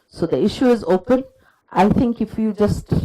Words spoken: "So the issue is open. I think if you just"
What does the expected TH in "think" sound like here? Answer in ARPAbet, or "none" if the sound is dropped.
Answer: T